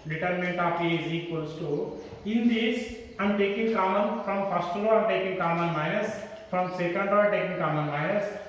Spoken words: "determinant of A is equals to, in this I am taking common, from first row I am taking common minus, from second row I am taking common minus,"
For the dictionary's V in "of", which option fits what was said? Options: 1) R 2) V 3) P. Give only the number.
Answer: 3